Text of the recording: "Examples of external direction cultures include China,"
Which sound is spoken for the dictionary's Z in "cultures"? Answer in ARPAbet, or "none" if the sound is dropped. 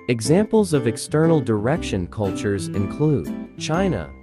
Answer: Z